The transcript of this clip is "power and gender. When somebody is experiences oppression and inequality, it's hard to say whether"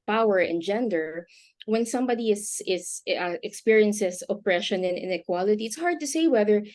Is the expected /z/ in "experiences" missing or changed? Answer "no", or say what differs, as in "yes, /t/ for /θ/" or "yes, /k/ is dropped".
yes, /s/ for /z/